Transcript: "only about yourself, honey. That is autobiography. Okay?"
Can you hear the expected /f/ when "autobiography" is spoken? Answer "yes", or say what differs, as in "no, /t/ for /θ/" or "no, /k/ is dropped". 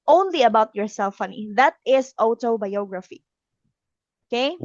yes